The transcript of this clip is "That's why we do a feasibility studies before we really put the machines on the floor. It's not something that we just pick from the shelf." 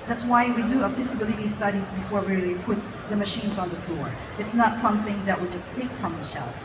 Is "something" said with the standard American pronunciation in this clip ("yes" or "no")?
yes